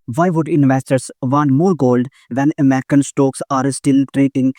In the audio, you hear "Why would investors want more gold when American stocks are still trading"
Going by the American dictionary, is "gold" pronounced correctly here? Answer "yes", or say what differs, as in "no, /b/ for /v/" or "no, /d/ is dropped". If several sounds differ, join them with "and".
yes